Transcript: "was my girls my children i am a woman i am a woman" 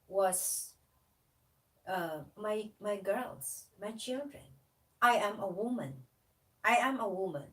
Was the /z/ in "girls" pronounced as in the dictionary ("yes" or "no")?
no